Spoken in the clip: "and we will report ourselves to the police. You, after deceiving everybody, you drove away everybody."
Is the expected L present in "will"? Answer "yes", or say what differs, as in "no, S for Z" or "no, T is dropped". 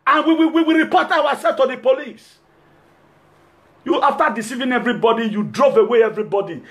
no, W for L